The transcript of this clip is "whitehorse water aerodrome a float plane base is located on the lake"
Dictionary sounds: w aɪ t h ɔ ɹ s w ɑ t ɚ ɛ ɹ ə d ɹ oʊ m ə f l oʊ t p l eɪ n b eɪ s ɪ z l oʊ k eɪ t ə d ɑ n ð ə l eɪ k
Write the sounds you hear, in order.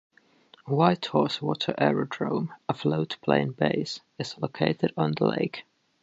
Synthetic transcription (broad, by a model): w aɪ t h ɔ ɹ s w ɑ t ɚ ɛ ɹ ə d ɹ oʊ m ə f l oʊ t p l eɪ n b eɪ s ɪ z l oʊ k eɪ t ə d n ð ə l eɪ k